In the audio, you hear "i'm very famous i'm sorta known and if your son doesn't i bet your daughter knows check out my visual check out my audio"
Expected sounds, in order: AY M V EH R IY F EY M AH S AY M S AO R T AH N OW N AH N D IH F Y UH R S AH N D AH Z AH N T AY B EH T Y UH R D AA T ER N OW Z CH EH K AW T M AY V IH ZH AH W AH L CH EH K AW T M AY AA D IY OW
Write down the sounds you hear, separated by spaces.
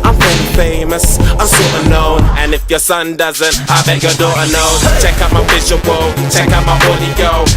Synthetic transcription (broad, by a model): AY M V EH IY F EY M AH S AY M S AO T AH N OW N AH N IH F Y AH R S AH N D AH Z AH N T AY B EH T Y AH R D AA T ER N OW CH EH K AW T M AY W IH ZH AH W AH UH CH EH K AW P M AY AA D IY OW